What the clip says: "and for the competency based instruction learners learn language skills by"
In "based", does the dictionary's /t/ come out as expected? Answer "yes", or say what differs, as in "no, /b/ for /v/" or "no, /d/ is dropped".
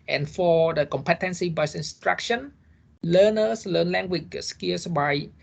no, /t/ is dropped